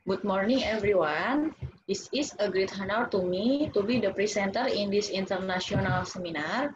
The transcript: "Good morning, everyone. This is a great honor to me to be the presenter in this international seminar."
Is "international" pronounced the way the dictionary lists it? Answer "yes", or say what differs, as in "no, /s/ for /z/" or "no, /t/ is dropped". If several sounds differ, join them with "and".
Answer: no, /s/ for /ʃ/